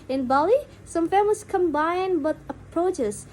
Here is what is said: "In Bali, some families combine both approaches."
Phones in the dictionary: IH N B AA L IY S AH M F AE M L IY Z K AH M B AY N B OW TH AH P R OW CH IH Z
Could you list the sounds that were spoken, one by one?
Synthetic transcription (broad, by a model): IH N B AA L IY S AH M F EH M IY S K AH M B AY N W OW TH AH P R OW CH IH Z